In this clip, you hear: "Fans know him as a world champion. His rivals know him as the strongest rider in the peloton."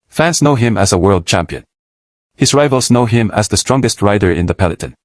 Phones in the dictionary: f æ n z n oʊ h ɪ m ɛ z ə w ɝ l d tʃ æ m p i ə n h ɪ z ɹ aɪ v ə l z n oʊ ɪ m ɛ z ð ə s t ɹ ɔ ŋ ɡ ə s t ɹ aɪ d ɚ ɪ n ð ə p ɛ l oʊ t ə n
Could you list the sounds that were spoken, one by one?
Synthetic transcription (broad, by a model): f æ n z n oʊ h ɪ m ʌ z ə w ɝ l d tʃ æ m p i ə n h ɪ z ɹ aɪ v ə l z n oʊ ɪ m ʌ z ð ə s t ɹ ɔ ŋ ɡ ə s t ɹ aɪ d ɚ ɪ n ð ə p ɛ l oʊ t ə n